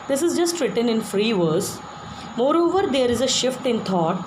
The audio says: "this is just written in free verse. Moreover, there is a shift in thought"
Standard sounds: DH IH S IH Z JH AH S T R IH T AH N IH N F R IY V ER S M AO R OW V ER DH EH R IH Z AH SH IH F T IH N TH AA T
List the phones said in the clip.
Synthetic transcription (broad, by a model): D IH S IH Z JH AH S T R IH T AH N IH N F R IY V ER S M AO R OW V ER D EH R IH Z AH SH IH F T IH N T AA T